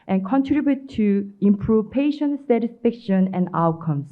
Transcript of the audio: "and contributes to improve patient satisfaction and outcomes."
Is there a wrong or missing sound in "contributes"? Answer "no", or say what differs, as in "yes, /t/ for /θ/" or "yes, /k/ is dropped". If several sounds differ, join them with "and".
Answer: yes, /s/ is dropped